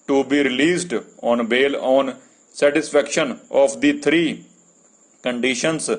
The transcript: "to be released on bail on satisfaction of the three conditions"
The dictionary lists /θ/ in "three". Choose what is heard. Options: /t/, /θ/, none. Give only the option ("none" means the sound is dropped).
/t/